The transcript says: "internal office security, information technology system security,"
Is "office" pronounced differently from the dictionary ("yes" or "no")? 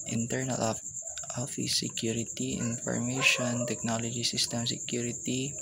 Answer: yes